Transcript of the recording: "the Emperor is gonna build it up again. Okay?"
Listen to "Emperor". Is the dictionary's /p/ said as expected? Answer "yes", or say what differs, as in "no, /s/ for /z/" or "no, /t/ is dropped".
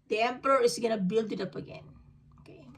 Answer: yes